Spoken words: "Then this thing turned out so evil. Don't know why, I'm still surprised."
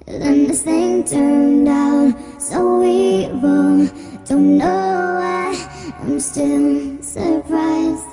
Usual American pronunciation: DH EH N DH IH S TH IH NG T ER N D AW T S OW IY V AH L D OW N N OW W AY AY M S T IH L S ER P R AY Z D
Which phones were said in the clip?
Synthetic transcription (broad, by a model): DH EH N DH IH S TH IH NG T ER N D AW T S OW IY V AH D OW N N OW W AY AY M S T IH L S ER P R AY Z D